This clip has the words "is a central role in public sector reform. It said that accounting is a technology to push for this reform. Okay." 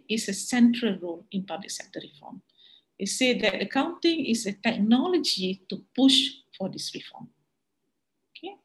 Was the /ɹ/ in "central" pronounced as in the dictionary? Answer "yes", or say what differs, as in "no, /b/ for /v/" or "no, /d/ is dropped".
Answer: yes